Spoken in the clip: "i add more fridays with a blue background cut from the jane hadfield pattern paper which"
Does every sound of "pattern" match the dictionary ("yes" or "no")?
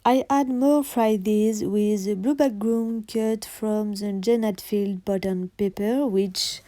no